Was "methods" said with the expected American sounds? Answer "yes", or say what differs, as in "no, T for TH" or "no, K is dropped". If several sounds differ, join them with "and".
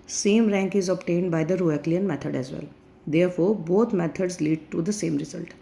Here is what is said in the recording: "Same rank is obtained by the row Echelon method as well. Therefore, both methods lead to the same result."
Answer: no, T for TH